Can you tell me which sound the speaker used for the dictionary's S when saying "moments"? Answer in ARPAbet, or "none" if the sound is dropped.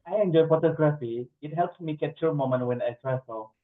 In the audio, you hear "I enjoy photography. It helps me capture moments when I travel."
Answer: none